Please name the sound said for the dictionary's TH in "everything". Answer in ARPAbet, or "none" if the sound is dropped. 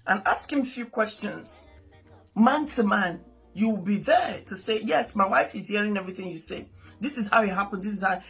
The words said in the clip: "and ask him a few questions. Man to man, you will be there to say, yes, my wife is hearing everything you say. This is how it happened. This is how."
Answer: TH